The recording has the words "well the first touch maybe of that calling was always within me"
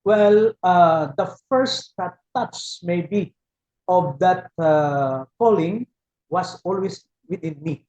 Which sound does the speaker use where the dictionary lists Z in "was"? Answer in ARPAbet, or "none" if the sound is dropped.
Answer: S